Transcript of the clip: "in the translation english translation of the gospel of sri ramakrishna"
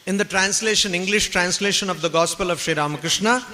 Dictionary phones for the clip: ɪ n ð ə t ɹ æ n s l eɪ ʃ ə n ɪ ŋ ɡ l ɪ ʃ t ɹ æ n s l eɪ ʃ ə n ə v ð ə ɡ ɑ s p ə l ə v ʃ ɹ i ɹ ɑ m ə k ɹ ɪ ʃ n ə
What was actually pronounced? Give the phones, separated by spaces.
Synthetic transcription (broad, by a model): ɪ n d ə t ɹ æ n s l eɪ ʃ ə n ɪ ŋ ɡ l ɪ ʃ t ɹ æ n s l eɪ ʃ ə n ə v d ə ɡ ɑ s p ə l ə v ʃ ɹ i ɹ ɑ m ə k ɹ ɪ ʃ n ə